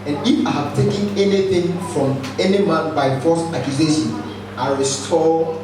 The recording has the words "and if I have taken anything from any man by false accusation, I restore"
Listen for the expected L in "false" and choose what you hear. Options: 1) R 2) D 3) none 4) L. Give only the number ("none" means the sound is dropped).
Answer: 3